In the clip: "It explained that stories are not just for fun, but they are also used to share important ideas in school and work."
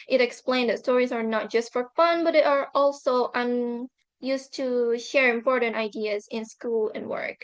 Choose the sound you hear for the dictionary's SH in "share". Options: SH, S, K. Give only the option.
SH